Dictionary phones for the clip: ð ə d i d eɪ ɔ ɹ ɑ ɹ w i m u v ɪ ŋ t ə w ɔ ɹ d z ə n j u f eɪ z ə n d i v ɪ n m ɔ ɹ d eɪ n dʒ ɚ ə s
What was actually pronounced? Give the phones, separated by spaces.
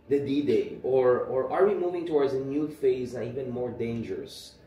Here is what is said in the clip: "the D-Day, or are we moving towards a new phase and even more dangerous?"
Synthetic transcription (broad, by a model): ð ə d i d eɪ ɔ ɹ ɑ ɹ w i m u v ɪ ŋ t ə w ɔ ɹ d z ə n j u f eɪ z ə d i v ɪ n m ɔ ɹ d eɪ n dʒ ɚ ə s